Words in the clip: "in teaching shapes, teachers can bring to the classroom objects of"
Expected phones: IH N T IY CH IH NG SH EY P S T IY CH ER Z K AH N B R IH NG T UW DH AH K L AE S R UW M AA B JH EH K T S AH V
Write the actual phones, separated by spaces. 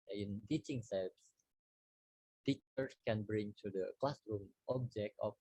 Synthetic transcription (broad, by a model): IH N T IY CH IH NG S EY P S T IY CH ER S K AH N B R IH NG T UW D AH K L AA S R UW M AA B JH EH K T AH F